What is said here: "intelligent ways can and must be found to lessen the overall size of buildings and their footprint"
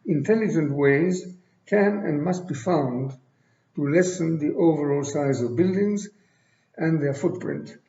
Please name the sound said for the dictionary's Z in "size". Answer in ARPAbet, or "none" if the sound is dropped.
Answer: Z